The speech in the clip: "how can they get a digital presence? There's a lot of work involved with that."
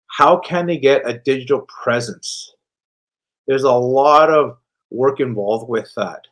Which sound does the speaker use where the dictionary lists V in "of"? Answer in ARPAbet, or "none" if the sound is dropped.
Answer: V